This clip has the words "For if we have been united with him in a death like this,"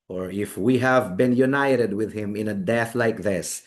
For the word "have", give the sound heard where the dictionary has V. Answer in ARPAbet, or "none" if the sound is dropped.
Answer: V